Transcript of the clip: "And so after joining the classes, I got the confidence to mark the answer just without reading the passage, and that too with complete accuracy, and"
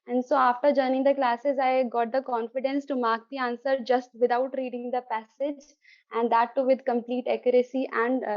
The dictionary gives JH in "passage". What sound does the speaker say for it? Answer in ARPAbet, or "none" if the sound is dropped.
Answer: JH